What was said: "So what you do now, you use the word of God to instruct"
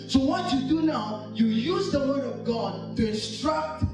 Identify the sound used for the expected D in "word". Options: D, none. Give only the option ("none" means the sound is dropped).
D